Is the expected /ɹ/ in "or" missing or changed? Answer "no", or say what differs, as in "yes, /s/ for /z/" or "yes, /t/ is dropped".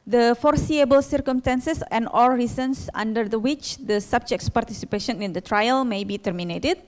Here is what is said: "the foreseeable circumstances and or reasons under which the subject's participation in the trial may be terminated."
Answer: yes, /l/ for /ɹ/